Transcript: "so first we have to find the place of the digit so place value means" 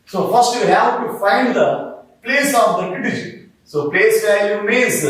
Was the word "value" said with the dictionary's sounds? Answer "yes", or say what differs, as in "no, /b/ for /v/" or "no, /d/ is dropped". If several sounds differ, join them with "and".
no, /l/ is dropped